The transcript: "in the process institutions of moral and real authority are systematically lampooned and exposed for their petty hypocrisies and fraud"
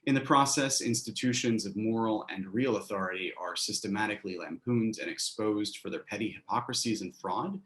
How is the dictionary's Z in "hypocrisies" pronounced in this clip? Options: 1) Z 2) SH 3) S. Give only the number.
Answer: 1